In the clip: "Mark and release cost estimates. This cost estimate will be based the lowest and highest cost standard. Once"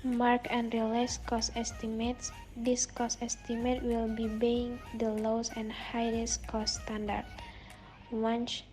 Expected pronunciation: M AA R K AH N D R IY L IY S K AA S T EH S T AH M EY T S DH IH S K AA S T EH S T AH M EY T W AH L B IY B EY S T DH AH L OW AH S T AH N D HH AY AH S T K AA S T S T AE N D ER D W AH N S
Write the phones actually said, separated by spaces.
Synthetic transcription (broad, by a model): M AA R K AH N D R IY L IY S K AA S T EH S T AH M EY T S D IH S K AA S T EH S T AH M EY T W AH L B IY B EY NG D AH L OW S AH N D HH AY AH S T K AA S S T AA N D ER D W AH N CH